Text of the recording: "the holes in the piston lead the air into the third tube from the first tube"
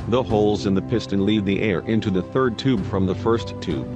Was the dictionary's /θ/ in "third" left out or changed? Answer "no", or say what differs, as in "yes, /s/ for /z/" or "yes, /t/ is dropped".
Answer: no